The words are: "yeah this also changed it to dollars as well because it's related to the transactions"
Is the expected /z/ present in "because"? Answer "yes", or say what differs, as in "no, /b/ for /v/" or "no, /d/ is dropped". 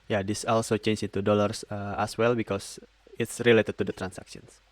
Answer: no, /s/ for /z/